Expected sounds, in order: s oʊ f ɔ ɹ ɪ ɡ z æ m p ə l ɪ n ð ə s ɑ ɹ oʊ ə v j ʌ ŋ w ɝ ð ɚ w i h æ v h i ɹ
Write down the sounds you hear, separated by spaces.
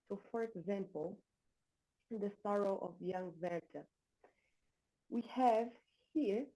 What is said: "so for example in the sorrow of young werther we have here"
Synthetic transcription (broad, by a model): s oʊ f ɔ ɹ ɪ ɡ z æ m p ə l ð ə s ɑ ɹ oʊ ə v j ʌ ŋ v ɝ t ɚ w i h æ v h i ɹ